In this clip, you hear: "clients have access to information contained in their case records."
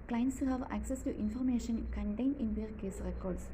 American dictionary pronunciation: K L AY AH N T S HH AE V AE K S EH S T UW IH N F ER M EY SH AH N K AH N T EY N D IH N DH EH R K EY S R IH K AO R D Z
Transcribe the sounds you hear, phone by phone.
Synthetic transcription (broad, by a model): K L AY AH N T S HH AE V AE K S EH S T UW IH N F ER M EY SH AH N K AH N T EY N IH N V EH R K EY S R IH K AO R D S